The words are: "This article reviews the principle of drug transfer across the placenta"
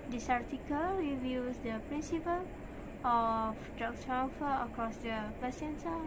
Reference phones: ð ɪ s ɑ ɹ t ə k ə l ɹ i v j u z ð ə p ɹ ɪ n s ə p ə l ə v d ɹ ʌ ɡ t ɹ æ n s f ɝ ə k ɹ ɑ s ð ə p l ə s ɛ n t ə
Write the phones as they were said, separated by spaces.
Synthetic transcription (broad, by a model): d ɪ s ɑ ɹ t ə k ə l w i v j u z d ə p ɹ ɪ n s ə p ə l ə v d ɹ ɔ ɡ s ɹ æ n f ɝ ə k ɹ ɑ s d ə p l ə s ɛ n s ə